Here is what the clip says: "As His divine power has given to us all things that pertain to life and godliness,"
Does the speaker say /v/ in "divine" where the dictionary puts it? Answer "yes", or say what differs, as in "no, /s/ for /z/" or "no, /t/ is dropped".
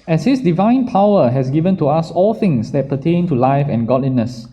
yes